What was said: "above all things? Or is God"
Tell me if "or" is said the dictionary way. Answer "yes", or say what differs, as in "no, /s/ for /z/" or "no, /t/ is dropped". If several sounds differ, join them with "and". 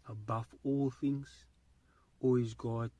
no, /l/ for /ɹ/